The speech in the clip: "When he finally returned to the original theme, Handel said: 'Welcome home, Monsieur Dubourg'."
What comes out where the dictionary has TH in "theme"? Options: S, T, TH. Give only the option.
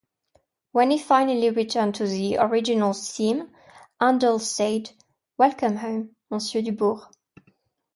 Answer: S